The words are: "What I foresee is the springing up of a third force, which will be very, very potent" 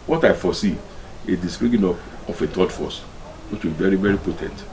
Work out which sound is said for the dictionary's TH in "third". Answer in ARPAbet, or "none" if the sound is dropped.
T